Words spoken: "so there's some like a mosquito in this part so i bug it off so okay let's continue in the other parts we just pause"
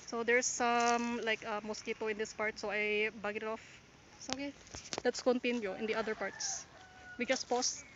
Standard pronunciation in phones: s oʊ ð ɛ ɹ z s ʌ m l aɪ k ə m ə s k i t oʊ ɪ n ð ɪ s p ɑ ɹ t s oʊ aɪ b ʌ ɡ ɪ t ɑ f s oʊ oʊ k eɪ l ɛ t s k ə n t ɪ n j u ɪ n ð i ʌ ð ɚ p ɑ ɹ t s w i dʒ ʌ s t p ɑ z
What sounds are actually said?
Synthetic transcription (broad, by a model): s oʊ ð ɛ ɹ s ʌ m l aɪ k ə m ə s k i t oʊ ɪ n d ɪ s p ɑ ɹ t s oʊ aɪ b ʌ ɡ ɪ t ɑ f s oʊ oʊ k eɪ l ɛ t s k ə n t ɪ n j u ɪ n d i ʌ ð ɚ p ɑ ɹ t s w i dʒ ʌ s t p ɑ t